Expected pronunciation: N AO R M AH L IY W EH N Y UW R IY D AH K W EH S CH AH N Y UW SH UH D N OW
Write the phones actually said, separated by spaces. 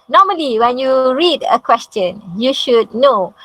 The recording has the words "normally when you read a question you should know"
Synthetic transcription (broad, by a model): N AO M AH L IY W EH N Y UW R IY D AH K W EH S CH AH N Y UW SH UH D N OW